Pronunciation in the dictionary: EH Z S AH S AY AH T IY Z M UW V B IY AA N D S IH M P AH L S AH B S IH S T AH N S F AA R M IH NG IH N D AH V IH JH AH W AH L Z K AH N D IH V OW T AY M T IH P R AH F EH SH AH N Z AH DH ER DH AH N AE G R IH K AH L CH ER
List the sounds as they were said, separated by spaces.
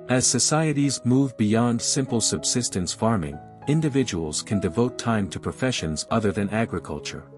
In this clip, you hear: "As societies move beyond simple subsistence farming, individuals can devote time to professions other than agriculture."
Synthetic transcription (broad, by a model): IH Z S AH S AY AH T IY Z M UW V B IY AA N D S IH M P L S AH B S IH S T AH N S F AA R M IH NG IH N D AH V IH JH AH W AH L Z K AH N D IH V OW T AY M T IH P R AH F EH SH AH N Z AH DH ER DH AH N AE G R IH K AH L CH ER